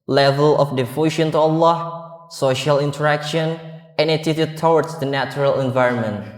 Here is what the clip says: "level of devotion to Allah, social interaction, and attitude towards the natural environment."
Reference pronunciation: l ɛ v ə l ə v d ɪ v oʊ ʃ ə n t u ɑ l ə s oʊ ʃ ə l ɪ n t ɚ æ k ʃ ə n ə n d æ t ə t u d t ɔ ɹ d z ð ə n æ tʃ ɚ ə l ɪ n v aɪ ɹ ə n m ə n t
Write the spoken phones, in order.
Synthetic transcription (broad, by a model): l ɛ v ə l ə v d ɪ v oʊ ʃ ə n t u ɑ l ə s oʊ ʃ ə l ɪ n t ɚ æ k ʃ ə n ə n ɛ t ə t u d t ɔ w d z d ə n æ tʃ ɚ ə l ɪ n v aɪ ɹ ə n m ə n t